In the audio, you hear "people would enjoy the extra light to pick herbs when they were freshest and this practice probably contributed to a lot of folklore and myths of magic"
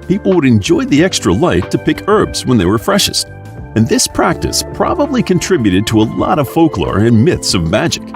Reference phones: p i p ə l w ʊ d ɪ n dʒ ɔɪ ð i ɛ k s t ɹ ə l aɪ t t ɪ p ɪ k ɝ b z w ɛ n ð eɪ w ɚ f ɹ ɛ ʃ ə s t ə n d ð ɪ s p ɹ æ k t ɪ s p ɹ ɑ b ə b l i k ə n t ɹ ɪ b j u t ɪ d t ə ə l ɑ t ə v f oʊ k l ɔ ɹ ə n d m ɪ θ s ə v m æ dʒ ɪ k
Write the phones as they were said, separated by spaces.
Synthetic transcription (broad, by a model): p i p l w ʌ d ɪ n dʒ ɔɪ ð i ɛ k s t ɹ ə l aɪ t t ɪ p ɪ k ɝ b z w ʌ n ð eɪ w ɚ f ɹ ɛ ʃ ə s t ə n ð ɪ s p ɹ æ k t ɪ s p ɹ ɑ b ə b l i k ə n t ɹ ɪ b j u t ɪ d t ə ə l ɑ t ə v f oʊ k l ɔ ɹ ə n m ɪ θ s ə v m æ dʒ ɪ k